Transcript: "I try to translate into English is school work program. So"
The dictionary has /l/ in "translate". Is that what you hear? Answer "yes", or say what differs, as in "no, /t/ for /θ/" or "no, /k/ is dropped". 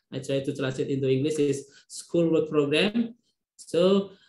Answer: no, /l/ is dropped